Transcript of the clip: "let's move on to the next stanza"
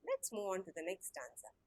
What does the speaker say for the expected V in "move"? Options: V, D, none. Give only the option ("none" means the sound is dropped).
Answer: none